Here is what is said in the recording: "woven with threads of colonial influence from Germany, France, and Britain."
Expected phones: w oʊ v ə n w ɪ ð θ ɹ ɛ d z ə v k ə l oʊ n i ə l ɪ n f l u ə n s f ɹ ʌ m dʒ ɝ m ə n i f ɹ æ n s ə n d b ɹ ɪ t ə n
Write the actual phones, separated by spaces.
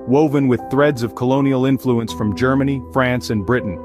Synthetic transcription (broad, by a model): w oʊ v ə n w ɪ ð θ ɹ ɛ d z ə v k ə l oʊ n i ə l ɪ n f l u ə n s f ɹ ʌ m dʒ ɝ m ə n i f ɹ æ n s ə n b ɹ ɪ t n